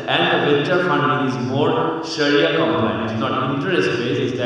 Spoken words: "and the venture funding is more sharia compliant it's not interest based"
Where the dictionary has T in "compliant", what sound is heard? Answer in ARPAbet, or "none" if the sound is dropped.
none